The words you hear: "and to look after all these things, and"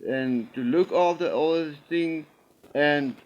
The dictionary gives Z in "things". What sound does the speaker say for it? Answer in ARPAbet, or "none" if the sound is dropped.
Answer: none